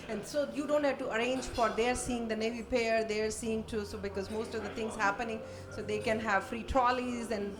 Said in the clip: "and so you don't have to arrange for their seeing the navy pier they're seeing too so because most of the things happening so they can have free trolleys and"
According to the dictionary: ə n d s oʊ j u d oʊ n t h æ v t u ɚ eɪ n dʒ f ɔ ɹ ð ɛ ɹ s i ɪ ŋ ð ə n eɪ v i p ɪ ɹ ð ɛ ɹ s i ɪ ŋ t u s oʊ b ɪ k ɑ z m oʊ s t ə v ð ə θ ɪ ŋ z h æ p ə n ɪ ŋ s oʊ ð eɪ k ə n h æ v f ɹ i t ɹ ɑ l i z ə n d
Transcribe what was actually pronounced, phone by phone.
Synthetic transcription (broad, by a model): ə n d s oʊ j u d oʊ n t h æ v t u ɚ eɪ n dʒ f ɔ ɹ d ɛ ɹ s i ɪ ŋ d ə n eɪ v i p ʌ ɹ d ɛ ɹ s i ɪ ŋ t u s oʊ b ɪ k ɑ z m oʊ s t ə v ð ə t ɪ ŋ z h æ p ə n ɪ ŋ s oʊ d eɪ k ə n h æ v f ɹ i t ɹ ɑ l i z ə n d